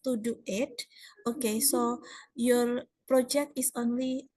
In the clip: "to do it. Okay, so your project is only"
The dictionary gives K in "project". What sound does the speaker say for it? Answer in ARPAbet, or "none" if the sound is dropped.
K